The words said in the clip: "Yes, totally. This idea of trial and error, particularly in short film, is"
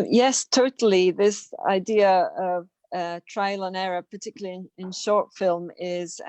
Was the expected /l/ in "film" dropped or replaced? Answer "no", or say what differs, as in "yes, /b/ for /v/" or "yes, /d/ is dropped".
no